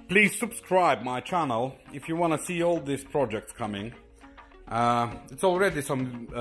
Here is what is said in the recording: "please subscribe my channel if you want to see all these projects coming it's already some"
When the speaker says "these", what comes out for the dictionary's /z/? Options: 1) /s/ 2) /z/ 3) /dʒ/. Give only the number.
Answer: 1